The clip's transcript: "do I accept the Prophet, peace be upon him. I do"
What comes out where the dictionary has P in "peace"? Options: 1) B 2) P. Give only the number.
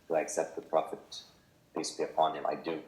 1